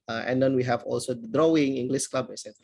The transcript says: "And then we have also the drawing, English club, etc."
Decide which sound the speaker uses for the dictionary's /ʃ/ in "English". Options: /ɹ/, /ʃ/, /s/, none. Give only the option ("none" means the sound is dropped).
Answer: /s/